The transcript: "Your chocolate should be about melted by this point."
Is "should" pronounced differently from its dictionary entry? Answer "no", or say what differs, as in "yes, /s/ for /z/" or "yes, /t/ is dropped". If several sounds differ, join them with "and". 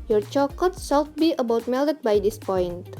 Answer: yes, /s/ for /ʃ/